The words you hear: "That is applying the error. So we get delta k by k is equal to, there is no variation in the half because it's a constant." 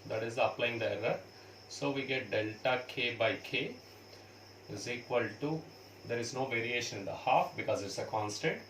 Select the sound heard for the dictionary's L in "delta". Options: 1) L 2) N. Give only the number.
1